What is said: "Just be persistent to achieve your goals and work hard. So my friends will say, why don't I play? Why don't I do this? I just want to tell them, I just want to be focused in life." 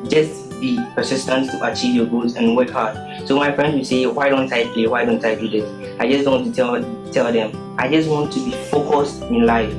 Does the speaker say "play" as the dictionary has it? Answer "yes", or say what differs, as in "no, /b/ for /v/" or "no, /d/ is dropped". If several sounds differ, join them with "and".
no, /l/ is dropped